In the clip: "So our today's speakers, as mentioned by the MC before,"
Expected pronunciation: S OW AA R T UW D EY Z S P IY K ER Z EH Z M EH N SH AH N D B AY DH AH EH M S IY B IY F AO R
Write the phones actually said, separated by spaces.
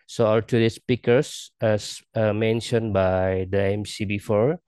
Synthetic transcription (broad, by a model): S OW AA L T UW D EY S P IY K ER S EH S M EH N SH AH N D B AY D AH EH M S IY B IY F AO R